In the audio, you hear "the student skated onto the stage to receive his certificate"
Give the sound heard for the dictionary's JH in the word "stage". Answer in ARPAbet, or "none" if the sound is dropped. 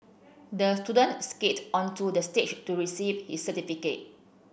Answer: CH